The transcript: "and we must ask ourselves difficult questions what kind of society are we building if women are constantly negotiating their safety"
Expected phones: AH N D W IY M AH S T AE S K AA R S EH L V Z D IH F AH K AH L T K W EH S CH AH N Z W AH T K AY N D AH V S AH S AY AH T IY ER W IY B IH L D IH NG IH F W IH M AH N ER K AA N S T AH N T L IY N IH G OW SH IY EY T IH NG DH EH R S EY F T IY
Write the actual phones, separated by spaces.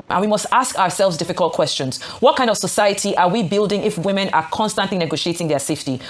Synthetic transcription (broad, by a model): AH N W IY M AH S T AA S K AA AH S EH L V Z D IH F AH K AH L T K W EH S CH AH N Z W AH T K AY N D AH V S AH S AY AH T IY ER W IY B IH L D IH NG IH F W IH M AH N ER K AA N S T AH N T L IY N IH G OW SH IY EY T IH NG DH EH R S EY F T IY